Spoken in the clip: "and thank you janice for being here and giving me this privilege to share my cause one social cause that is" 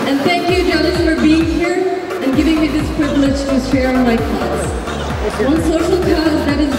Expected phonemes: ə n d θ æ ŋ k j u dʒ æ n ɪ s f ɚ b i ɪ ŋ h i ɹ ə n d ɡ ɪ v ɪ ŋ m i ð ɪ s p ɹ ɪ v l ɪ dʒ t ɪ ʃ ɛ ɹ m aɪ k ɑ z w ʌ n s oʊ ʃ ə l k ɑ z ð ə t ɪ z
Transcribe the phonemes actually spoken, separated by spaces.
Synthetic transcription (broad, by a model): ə n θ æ ŋ k j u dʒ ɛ l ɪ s f ɚ b i ɪ ŋ h i ɹ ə n ɡ ɪ v ɪ ŋ m i ð ɪ s p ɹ ɪ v l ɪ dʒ t ɪ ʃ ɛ ɹ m aɪ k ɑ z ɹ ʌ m s oʊ ʃ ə l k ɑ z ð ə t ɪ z